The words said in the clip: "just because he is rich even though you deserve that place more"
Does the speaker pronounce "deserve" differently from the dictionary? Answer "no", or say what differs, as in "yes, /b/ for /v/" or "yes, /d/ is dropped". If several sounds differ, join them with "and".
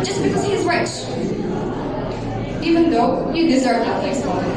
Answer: no